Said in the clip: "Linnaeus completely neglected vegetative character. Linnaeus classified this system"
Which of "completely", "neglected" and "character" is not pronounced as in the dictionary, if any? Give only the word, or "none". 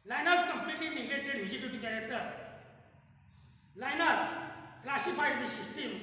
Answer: neglected